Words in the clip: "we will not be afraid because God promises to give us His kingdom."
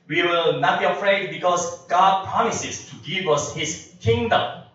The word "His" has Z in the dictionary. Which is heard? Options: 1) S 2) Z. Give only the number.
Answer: 1